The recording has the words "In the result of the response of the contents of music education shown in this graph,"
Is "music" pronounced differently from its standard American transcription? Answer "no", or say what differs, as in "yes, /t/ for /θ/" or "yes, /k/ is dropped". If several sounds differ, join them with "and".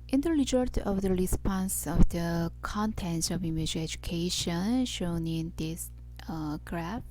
yes, /k/ is dropped